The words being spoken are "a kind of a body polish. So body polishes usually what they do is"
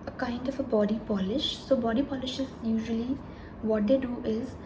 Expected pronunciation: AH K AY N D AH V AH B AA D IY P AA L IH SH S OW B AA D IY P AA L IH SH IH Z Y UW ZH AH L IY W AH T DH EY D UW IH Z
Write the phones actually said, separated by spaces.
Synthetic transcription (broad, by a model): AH K AY N D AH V AH B AA D IY P AA L IH SH S OW B AA D IY P AA L IH SH IH Z Y UW ZH AH L IY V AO T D EY D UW IH Z